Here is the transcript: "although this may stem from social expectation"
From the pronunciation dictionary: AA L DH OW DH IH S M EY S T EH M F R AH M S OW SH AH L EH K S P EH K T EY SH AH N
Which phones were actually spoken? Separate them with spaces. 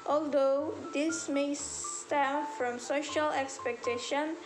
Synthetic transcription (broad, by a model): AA L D OW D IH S M EY S T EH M F R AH M S OW SH AH L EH K S P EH K T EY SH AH N